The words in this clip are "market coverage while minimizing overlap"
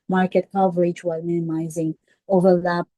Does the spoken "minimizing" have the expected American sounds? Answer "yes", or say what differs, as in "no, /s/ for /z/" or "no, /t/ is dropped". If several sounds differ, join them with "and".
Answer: yes